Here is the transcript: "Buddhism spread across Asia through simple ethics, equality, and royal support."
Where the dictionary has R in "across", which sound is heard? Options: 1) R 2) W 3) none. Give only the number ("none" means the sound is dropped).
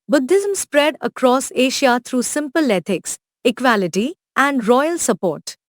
1